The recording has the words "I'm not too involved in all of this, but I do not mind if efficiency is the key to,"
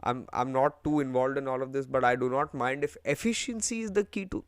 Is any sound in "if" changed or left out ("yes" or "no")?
no